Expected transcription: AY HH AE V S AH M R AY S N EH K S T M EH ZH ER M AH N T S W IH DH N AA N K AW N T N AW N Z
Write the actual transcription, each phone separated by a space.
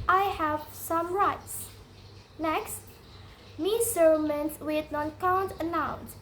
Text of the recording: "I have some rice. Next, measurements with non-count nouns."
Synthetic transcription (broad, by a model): AY HH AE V S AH M R AY S N EH K S T M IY S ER M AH N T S W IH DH N AA N K AW N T N AW N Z